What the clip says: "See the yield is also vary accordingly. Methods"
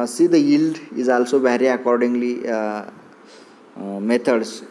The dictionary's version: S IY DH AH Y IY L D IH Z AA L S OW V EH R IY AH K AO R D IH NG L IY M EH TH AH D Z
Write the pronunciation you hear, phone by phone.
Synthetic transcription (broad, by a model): S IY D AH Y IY L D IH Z AA L S OW B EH R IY AH K AO R D IH NG L IY M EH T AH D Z